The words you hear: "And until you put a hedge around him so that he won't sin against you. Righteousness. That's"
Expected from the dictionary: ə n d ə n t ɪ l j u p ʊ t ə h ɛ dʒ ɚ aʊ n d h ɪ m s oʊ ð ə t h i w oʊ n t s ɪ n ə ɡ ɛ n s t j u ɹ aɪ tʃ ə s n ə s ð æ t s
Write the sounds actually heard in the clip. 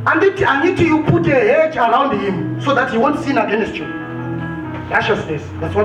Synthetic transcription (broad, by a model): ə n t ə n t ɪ j u p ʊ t ə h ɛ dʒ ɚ aʊ n d h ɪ m s oʊ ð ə t h i w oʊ n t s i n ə ɡ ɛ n s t j u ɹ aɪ ʃ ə s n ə s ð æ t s